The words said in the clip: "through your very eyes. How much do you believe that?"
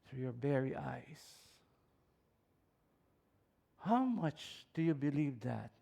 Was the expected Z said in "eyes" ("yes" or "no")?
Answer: no